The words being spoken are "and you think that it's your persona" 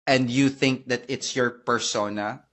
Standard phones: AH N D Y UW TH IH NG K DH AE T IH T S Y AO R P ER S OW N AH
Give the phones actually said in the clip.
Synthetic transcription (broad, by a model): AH N D Y UW TH IH NG K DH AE T IH T S Y AO R P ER S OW N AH